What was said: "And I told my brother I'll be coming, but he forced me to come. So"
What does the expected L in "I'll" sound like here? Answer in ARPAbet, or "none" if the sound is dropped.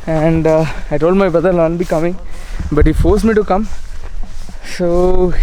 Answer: N